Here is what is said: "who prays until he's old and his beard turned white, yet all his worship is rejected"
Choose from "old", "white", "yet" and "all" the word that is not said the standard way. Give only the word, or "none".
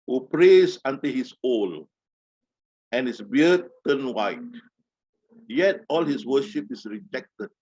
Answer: old